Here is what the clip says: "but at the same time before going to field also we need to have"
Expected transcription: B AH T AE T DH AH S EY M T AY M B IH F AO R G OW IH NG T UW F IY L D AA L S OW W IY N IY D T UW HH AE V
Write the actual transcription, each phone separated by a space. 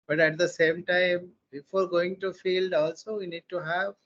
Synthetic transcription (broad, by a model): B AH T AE T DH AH S EY M T AY M B IH F AO R G OW IH NG T UW F IY L D AA L S OW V IY N IY D T UW HH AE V